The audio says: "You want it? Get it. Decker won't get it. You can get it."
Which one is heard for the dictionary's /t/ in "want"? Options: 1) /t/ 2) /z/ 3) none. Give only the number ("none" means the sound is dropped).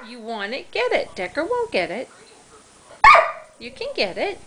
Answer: 3